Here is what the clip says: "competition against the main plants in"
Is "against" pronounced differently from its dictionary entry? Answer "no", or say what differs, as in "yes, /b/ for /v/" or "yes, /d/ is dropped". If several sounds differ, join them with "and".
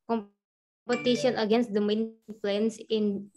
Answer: no